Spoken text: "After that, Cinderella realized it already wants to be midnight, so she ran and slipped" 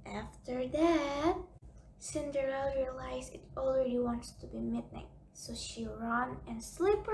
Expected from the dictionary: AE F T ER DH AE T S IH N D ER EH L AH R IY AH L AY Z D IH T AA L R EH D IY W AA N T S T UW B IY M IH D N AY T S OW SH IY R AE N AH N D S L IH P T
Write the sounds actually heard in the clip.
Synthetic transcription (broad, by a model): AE F T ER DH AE T S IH N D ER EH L R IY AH L AY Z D IH T AA L R EH D IY W AA N T S T UW B IY M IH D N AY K S OW SH IY R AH N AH N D S L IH P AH